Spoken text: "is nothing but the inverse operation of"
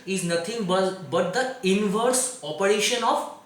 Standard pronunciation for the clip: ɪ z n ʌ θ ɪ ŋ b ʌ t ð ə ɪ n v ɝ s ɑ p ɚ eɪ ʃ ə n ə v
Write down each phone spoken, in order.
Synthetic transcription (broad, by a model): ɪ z n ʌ t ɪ ŋ b ʌ t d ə ɪ n v ɝ s ɑ p ɚ eɪ ʃ ə n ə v